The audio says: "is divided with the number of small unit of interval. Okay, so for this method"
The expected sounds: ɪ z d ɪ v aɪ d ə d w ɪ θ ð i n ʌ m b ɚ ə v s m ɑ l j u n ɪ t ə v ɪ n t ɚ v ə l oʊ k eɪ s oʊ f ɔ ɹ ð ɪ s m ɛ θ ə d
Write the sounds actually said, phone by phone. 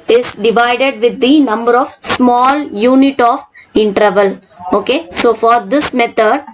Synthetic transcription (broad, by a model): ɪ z d ɪ v aɪ d ə d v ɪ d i n ʌ m b ɚ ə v s m ɑ l j u n ɪ t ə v ɪ n t ɚ v ə l oʊ k eɪ s oʊ f ɔ ɹ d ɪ s m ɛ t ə d